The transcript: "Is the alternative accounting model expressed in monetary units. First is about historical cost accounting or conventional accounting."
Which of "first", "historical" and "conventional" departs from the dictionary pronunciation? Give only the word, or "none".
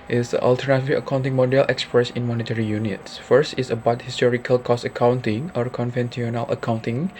conventional